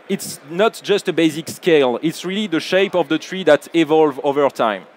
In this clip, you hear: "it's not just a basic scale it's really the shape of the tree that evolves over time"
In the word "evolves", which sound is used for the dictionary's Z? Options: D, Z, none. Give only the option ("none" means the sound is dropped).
none